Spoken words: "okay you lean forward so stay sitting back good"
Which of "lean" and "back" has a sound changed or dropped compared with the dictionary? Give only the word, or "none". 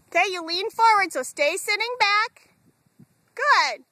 none